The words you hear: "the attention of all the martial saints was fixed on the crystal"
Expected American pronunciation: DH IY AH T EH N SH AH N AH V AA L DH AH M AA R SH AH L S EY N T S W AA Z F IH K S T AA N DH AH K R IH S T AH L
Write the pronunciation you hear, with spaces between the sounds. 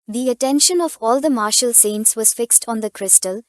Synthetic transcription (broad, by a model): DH IY AH T EH N SH AH N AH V AA L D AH M AA R SH AH L S EY N T S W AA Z F IH K S T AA N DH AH K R IH S T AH L